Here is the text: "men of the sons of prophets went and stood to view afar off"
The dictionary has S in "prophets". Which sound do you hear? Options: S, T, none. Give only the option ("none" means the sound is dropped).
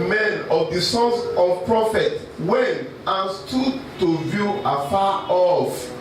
none